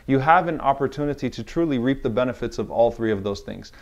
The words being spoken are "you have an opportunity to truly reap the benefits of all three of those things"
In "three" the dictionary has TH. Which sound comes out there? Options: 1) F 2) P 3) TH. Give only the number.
3